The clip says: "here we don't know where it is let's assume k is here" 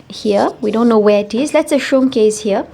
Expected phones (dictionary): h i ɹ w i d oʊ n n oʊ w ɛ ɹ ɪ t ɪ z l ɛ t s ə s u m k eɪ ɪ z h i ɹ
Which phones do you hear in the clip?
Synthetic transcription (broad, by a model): h i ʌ w i d oʊ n n oʊ w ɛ ɪ t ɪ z l ɛ t s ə ʃ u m k eɪ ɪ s h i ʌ